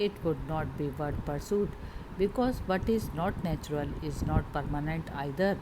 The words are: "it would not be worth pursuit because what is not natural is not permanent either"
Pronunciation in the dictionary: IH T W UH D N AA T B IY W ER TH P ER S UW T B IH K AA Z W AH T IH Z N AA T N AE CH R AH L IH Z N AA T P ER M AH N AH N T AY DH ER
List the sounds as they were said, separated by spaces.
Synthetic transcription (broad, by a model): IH T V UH D N AA T B IY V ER T P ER S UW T B IH K AA Z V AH T IH Z N AA T N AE CH R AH L IH Z N AA T P ER M AH N AH N T AY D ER